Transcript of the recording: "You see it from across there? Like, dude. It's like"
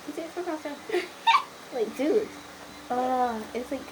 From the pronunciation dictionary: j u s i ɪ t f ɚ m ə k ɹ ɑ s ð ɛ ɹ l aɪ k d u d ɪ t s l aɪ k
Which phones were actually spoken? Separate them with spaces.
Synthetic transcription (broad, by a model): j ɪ s i ɪ t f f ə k ɑ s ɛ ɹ l aɪ k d u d ɪ t s l aɪ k